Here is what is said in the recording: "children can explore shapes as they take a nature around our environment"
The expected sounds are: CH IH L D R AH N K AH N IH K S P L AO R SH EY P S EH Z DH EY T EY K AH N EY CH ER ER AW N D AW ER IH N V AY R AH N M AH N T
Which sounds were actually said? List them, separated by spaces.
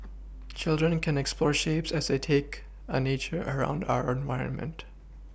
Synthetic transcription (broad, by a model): CH IH L D R AH N K AH N IH K S P L AO R SH EY P S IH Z DH EY T EY K AH N EY CH ER ER AW N D AW ER IH N V AY R AH N M AH N T